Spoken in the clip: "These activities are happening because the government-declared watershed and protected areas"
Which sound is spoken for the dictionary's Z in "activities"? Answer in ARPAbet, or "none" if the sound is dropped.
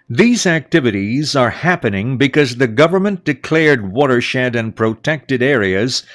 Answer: Z